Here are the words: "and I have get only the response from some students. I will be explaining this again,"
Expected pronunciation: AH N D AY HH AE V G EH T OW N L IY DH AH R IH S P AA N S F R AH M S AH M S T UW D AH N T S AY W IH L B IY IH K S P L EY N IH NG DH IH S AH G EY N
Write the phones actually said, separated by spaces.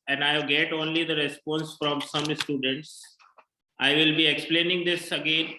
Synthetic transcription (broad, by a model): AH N D AY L G EH T OW N L IY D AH R IH S P AA N S F R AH M S AH M S T UW D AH N T S AY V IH L B IY IH K S P L EY N IH NG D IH S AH G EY N